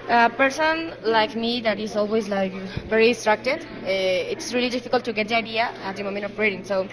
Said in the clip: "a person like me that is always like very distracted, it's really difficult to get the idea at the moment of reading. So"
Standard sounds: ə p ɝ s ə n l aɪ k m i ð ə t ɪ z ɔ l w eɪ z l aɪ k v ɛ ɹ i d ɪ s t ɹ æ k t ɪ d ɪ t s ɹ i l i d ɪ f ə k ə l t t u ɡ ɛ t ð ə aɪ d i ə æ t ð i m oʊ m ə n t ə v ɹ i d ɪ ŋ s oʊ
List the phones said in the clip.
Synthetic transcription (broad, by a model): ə p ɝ s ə n l aɪ k m i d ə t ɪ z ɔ l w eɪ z l aɪ k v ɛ ɹ i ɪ s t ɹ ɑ k t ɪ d ɪ t s ɹ i l i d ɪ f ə k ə l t t u ɡ ɛ t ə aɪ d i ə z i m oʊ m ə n ə p ɹ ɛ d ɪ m s oʊ